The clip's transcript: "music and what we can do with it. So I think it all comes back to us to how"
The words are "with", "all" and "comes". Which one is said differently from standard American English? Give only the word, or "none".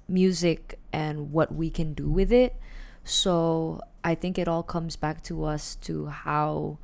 none